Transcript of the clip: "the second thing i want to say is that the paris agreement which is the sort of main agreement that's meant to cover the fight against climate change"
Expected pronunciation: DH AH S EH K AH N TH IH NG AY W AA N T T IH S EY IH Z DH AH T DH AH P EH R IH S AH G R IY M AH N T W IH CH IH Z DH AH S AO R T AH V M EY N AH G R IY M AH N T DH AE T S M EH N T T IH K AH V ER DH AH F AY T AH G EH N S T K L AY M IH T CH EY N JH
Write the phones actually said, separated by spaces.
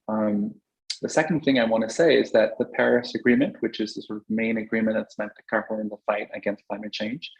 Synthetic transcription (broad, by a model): DH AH S EH K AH N TH IH NG AY W AA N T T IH S EY IH Z DH AH T DH AH P EH R IH S AH G R IY M AH N T W IH CH IH Z DH AH S AO R T AH V M EY N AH G R IY M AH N DH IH T S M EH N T T IH K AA P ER DH AH F AY T AH G EH N S T K L AY M IH T CH EY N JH